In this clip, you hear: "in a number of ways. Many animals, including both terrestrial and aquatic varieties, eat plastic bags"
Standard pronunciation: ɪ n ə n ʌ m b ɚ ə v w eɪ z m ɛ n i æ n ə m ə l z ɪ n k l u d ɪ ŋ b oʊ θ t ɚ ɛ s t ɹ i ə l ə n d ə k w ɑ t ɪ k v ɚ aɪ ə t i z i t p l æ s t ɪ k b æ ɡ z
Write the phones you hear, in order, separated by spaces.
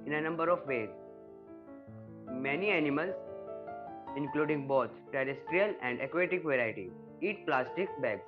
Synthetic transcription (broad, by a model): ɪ n ə n ʌ m b ɚ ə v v eɪ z m ɛ n i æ n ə m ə l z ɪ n k l u d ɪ ŋ b oʊ t t ɚ ɛ s t ɹ i ə l ə n d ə k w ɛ t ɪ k v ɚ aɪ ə t i i t p l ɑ s t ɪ k b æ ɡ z